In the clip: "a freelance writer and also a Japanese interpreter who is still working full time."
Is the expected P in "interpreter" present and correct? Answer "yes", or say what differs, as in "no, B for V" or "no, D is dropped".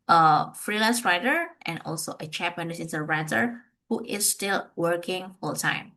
no, P is dropped